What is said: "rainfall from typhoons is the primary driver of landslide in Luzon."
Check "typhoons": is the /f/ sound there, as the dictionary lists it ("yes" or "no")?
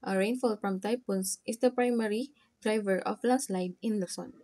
no